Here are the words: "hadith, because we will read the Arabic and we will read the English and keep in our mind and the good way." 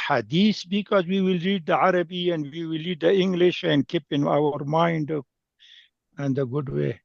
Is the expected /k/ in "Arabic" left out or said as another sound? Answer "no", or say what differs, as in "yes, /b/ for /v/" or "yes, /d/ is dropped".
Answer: yes, /k/ is dropped